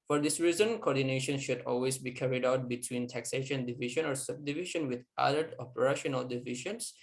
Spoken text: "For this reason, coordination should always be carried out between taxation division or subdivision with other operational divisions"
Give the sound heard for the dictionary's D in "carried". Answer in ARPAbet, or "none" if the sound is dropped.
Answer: D